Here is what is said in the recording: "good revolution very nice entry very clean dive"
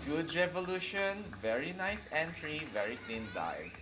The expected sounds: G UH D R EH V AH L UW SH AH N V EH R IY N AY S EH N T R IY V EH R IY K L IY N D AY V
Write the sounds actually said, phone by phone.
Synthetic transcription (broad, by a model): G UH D R EH V AH L UW SH AH N V EH R IY N AY S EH N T R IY V EH R IY K L IY N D AY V